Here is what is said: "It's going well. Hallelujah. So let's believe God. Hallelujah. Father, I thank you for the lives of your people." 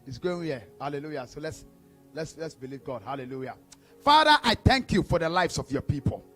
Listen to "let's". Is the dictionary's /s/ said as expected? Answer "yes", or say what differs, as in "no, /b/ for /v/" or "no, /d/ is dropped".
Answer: yes